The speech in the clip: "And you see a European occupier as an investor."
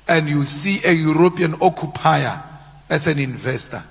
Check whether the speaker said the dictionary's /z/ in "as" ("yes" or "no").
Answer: no